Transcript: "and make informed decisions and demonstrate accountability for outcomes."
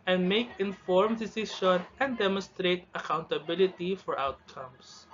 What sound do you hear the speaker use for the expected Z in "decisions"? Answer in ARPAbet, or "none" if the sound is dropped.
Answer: none